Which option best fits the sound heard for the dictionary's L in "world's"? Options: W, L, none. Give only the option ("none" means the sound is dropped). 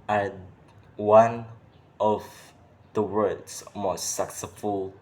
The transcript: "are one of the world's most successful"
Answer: none